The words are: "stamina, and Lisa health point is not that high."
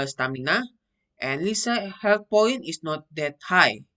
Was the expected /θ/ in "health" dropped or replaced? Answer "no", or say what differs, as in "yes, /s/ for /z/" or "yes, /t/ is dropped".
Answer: yes, /t/ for /θ/